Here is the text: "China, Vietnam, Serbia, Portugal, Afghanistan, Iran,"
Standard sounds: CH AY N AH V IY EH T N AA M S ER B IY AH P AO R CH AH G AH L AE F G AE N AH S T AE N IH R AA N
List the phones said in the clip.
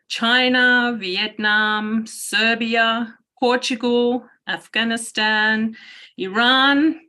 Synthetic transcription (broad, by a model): CH AY N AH V IY EH T N AA M S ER B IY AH P AO R CH AH G AH L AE F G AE N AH S T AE N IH R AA N